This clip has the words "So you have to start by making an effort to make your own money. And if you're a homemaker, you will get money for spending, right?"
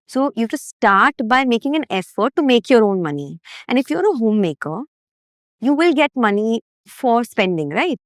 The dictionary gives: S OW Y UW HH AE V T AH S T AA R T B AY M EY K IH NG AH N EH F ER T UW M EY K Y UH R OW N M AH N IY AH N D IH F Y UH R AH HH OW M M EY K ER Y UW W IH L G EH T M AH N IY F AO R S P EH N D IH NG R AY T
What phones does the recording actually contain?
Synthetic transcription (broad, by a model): S OW Y UW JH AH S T S T AA R T B AY M EY K IH NG AH N EH F ER T UW M EY K Y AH R OW N M AH N IY AH N D IH F Y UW R AH HH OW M M EY K ER Y UW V IH L G EH T M AH N IY F AO R S P EH N D IH NG R AY T